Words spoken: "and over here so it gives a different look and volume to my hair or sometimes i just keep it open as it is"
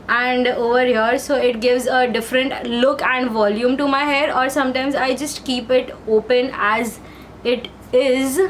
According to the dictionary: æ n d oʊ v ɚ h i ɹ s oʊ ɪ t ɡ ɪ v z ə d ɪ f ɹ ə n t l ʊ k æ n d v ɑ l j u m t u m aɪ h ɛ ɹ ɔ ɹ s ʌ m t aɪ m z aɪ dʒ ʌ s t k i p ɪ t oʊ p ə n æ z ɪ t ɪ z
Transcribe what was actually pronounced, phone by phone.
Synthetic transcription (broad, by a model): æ n d oʊ v ɚ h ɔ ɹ s oʊ ɪ t ɡ ɪ v z ə d ɪ f ɹ ə n t l ʊ k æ n d v ɑ l j u m t u m aɪ h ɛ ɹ ɔ ɹ s ʌ m t aɪ m z aɪ dʒ ʌ s t k i p ɪ t oʊ p ə n æ z ɪ t ɪ z